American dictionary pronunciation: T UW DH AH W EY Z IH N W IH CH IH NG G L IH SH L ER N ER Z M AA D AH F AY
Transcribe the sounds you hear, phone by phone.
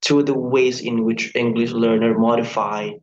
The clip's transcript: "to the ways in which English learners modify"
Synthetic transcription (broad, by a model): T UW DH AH W EY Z IH N W IH CH IH NG G L IH SH L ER N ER M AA D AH F AY